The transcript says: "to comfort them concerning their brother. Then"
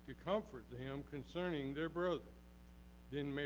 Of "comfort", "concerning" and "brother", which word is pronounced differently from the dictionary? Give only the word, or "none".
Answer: none